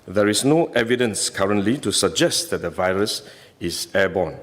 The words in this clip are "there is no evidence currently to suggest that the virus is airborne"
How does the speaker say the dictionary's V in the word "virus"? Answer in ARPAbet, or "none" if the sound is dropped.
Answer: V